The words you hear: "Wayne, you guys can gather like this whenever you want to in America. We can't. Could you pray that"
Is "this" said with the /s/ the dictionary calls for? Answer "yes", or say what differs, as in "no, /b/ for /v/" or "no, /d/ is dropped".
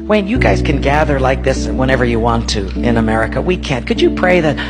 yes